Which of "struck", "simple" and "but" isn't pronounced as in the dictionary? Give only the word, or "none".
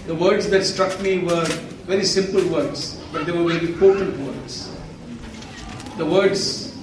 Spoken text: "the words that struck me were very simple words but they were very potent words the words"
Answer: none